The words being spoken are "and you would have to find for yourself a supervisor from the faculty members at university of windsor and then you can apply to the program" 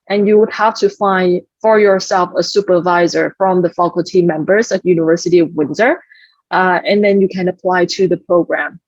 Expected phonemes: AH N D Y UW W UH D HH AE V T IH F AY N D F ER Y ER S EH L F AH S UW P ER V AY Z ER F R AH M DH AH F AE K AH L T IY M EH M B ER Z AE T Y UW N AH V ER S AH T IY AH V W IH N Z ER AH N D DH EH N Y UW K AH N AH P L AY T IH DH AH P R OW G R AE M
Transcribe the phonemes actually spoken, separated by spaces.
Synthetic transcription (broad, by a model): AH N Y UW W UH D HH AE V T IH F AY N D F ER Y ER S EH L F AH S UW P ER V AY Z ER F R AH M DH AH F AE K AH L T IY M EH M B ER Z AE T Y UW N AH V ER S AH T IY AH V W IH N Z ER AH N DH EH N Y UW K AH N AH P L AY T IH DH AH P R OW G R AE M